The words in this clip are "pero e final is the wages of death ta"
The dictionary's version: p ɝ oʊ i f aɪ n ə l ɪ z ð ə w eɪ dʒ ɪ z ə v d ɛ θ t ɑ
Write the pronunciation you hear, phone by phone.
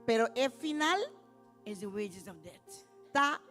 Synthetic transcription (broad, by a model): p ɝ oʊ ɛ f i n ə l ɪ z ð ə w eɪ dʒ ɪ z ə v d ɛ t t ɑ